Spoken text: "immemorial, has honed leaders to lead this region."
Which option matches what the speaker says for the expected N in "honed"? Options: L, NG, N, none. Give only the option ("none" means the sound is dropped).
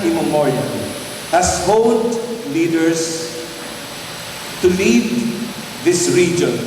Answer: none